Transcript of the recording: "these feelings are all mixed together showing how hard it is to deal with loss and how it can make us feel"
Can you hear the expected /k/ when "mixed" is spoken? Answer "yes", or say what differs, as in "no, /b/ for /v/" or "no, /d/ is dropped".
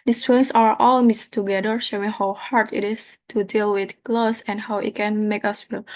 no, /k/ is dropped